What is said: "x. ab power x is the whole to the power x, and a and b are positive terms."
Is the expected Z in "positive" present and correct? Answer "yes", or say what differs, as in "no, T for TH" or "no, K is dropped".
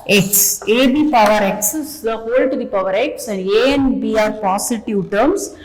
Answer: no, S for Z